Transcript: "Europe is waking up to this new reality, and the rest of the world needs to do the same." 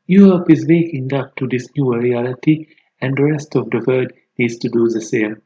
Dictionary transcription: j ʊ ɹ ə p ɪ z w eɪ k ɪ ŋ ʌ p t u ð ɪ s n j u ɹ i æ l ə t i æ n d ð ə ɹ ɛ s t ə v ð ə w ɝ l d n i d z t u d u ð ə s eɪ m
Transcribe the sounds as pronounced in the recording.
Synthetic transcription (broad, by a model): j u ɹ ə p ɪ z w eɪ k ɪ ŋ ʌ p t u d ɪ s n j u ɹ i æ l ə t i æ n d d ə ɹ ɛ s t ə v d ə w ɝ d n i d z t u d u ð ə s eɪ m